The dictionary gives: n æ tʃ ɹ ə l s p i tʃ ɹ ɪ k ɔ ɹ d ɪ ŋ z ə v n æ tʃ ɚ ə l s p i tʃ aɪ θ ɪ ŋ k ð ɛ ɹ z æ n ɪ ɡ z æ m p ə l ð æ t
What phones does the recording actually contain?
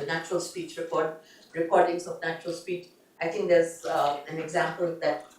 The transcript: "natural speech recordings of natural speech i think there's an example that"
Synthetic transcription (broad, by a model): n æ tʃ ɹ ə l s p i tʃ ɹ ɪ k ɔ ɹ d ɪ ŋ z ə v n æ tʃ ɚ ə l s p i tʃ aɪ t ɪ ŋ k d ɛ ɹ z æ n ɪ ɡ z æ m p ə l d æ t